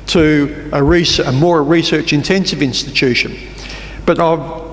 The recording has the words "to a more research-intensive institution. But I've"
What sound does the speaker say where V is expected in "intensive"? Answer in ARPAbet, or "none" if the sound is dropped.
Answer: V